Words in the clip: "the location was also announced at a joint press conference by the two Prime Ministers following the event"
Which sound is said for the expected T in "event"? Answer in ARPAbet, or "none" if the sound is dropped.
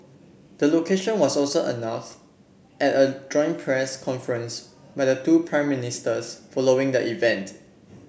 T